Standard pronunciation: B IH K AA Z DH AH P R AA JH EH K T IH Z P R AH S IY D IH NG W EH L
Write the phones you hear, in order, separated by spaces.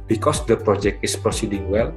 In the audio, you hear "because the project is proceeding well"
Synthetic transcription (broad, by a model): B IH K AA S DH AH P R AA JH EH K T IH S P R AH S IY D IH NG W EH L